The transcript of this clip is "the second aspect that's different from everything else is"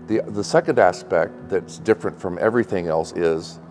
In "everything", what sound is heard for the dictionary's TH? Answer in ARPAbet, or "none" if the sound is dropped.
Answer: TH